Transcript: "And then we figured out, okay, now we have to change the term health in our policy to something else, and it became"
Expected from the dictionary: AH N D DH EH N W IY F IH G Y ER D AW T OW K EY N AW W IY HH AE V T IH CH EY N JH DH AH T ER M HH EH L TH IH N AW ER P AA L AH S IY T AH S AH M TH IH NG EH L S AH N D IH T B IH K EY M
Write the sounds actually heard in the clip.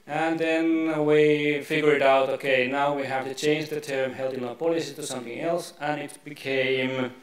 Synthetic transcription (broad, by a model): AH N DH EH N W IY F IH G Y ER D AW T OW K EY N AW W IY HH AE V T IH CH EY N JH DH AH T ER M HH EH L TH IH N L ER P AA L AH S IY T AH S AH M TH IH NG EH L S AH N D IH T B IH K EY M